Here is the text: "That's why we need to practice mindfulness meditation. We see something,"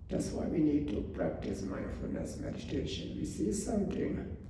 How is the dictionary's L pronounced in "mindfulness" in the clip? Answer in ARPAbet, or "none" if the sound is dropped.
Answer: none